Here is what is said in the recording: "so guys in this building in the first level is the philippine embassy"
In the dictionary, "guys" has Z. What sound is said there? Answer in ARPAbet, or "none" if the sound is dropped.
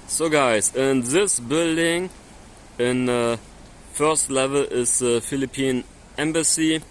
S